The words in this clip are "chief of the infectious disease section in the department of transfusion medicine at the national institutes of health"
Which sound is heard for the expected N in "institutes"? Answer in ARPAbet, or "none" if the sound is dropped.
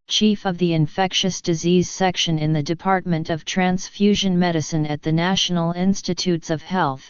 N